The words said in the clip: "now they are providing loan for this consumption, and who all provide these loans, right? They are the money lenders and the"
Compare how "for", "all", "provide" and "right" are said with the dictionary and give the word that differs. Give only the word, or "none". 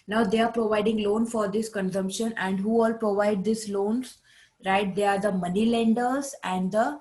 none